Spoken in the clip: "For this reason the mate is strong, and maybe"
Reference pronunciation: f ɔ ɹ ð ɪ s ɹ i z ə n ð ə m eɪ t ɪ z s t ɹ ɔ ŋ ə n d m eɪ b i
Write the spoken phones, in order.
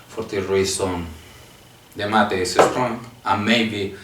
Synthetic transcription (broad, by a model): f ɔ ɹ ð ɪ ɹ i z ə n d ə m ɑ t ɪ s s t ɹ ɔ ŋ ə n m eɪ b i